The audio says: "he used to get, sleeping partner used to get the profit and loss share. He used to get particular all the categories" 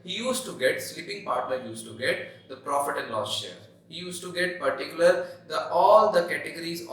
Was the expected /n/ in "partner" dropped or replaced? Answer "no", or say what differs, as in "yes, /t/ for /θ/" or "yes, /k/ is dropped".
yes, /l/ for /n/